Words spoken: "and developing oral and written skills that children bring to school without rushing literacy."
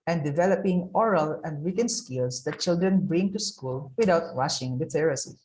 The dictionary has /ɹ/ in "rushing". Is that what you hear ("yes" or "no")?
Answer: no